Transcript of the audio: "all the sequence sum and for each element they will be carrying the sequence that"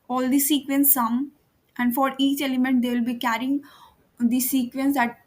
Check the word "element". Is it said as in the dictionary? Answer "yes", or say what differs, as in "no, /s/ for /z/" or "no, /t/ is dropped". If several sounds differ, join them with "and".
yes